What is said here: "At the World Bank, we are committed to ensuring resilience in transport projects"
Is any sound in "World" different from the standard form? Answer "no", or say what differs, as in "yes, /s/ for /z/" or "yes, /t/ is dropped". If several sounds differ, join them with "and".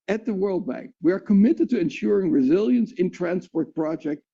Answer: no